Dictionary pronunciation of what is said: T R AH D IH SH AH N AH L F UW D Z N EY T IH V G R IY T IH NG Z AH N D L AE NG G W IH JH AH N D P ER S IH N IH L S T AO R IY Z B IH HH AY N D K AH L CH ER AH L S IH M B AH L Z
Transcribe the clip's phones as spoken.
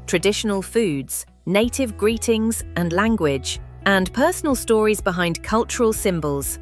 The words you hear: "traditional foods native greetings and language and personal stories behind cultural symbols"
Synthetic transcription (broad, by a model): T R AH D IH SH AH N AH L F UW D Z N EY T IH V G R IY T IH NG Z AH N L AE NG G W IH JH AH N P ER S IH N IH L S T AO R IY Z B IH HH AY N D K AH L CH ER AH L S IH M B AH L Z